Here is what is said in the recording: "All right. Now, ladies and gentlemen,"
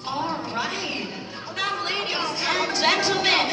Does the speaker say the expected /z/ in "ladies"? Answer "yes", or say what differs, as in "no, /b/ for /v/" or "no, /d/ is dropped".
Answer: no, /z/ is dropped